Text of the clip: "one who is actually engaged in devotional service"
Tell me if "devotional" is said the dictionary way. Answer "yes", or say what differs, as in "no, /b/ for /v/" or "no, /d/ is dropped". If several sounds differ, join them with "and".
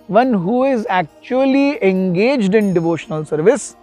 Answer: yes